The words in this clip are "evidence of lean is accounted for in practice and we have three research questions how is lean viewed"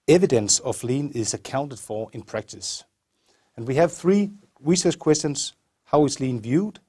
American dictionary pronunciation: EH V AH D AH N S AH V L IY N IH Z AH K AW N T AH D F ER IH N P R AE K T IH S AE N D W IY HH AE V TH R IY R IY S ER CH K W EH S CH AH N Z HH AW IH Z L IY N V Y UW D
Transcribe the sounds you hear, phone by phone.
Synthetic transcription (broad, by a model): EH V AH D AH N S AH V L IY N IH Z AH K AW N T AH D F ER IH N P R AE K T IH S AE N W IY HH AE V TH R IY R IY S ER CH K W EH S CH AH N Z HH AW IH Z L IY N V Y UW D